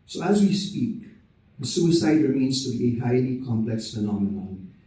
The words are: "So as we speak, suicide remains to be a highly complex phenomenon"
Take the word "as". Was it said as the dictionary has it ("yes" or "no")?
yes